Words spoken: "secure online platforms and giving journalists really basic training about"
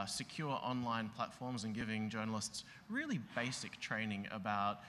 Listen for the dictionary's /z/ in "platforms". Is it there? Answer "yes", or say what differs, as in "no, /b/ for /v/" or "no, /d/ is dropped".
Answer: yes